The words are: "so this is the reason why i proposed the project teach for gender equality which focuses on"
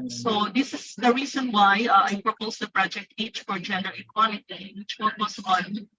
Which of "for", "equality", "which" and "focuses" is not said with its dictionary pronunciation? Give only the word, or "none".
focuses